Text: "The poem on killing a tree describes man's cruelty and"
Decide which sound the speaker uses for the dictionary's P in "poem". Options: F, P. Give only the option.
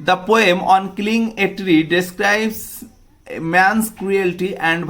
P